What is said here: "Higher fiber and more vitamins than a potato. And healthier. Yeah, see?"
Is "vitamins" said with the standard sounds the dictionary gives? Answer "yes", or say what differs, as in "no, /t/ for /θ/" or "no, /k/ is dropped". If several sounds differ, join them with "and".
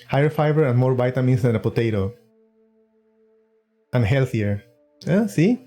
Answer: no, /b/ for /v/